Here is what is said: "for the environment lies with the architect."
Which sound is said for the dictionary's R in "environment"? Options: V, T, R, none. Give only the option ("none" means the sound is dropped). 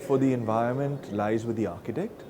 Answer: R